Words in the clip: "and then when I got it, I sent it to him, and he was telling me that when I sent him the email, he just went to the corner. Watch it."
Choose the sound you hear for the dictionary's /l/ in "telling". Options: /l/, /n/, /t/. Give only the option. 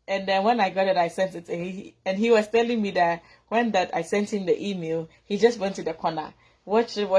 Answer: /l/